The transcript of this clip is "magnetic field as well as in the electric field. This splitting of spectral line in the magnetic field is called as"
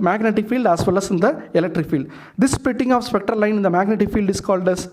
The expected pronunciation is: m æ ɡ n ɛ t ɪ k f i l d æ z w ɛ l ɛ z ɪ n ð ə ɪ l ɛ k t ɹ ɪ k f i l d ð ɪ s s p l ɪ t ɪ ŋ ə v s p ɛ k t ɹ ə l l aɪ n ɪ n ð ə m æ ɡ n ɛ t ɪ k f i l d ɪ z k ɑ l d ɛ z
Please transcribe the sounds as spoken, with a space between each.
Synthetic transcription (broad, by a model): m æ ɡ n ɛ t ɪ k f i l d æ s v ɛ l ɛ s ɪ n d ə ɪ l ɛ k t ɹ ɪ k f i l d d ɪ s s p ɪ t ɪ ŋ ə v s p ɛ k t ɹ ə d l aɪ n ɪ n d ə m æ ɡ n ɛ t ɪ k f i l d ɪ s k ɑ l d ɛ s